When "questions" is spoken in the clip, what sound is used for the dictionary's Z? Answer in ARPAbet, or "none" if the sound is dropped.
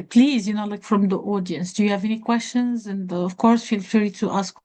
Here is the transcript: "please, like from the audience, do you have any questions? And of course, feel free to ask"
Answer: Z